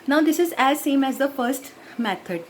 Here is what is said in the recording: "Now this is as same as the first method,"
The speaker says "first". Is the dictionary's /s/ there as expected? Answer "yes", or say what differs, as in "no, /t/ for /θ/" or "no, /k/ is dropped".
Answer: yes